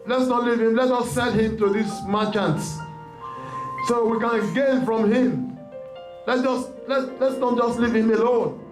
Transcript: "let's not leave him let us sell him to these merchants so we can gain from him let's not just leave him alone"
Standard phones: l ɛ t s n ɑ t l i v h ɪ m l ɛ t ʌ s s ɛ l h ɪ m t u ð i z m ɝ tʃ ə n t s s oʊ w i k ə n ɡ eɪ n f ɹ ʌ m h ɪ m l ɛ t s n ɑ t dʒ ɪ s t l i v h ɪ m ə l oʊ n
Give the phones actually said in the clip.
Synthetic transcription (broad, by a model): l ɛ t s n ɑ t l i v h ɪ m l ɛ t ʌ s s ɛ n h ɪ m t u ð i s m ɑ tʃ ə n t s s oʊ w i k ə n ɡ eɪ n f ɹ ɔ m h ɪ m l ɛ t s n ɑ t dʒ ɪ s t l i v h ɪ m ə l oʊ n